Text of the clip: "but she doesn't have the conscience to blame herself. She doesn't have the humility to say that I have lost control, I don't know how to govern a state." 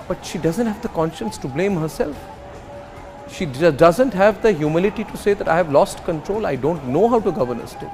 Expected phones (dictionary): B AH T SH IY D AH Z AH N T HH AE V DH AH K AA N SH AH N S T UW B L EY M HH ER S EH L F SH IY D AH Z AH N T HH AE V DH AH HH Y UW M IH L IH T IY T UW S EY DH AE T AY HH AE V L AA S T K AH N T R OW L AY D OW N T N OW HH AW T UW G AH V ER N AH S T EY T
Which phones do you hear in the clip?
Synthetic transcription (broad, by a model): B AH T SH IY D AH Z AH N T HH AE V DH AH K AA N SH AH N S T UW B L EY M HH ER S EH L F SH IY D AH Z AH N T HH AE V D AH HH Y UW M IH L IH T IY T UW S EY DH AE T AY HH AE V L AA S T K AH N T R OW L AY D OW N T N OW HH AW T UW G AH V ER N AH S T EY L